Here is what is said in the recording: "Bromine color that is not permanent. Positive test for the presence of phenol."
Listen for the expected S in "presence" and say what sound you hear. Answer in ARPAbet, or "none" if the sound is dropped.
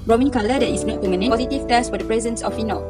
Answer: S